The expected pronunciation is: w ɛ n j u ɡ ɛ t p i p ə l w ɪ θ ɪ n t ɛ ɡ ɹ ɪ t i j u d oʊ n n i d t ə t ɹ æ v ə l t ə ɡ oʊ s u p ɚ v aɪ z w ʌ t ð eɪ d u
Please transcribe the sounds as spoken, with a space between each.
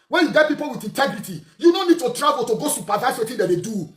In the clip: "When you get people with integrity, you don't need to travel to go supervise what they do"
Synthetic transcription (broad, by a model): w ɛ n j u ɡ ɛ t p i p ə l w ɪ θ ɪ n t ɛ ɡ ɹ ɪ t i j u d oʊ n n i d t ə t ɹ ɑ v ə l t ə ɡ oʊ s u p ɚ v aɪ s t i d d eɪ d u